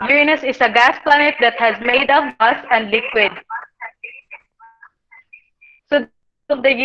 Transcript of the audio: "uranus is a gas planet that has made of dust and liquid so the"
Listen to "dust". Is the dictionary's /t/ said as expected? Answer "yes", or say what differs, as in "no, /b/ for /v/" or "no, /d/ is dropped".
no, /t/ is dropped